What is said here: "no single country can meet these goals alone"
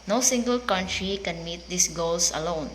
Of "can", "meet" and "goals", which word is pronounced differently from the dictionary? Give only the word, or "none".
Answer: goals